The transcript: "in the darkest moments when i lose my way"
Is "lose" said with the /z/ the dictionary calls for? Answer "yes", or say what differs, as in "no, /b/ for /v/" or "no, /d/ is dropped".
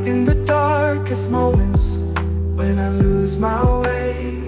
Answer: yes